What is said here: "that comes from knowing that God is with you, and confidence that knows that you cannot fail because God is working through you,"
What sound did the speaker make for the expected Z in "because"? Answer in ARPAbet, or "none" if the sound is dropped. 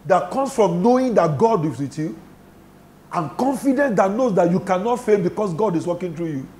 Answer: S